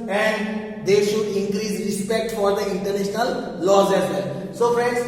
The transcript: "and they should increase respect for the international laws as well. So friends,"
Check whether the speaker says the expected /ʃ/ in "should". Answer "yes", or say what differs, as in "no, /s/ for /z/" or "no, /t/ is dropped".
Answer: yes